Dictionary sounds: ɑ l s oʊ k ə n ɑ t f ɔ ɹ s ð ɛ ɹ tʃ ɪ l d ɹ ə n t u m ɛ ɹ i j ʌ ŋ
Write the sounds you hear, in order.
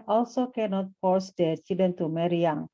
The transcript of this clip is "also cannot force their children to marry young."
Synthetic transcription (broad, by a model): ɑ l s oʊ k ə n ɑ t f ɔ ɹ s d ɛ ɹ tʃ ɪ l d ə n t u m ɛ ɹ i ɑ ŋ